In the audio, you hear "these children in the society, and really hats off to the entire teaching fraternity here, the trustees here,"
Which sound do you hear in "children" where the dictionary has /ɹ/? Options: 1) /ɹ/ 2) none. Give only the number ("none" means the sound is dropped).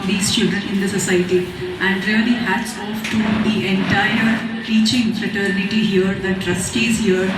2